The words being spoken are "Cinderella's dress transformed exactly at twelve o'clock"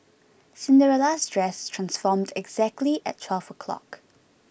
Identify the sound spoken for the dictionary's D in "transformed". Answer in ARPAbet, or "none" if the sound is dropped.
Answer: D